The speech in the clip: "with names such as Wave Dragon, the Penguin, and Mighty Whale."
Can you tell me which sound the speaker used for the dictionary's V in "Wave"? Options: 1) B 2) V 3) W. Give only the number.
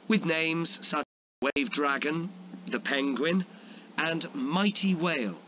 2